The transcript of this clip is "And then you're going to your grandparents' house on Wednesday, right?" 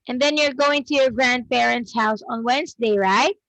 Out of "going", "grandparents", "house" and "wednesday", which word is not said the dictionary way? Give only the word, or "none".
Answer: grandparents